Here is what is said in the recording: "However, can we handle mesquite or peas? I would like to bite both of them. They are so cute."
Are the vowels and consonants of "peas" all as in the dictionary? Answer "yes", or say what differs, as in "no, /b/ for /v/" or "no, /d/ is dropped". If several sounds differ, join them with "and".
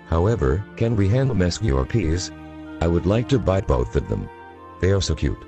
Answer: yes